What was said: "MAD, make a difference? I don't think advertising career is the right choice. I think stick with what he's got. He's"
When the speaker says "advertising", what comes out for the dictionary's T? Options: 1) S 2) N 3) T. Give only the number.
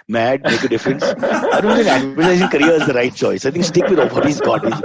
1